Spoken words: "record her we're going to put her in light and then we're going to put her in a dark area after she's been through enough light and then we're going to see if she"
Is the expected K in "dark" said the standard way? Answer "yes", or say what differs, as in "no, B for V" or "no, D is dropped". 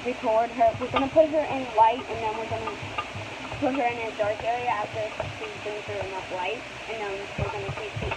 yes